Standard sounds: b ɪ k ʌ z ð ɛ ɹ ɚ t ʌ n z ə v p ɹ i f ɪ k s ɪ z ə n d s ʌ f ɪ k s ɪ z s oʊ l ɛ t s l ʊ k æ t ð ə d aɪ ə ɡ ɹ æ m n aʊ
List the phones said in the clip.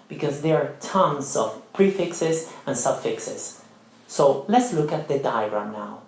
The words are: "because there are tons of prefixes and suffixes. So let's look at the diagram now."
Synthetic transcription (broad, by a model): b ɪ k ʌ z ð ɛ ɹ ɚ t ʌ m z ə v p ɹ i f ɪ k s ɪ z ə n s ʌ f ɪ k s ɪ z s oʊ l ɛ t s l ʊ k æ t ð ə d aɪ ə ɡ ɹ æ m n aʊ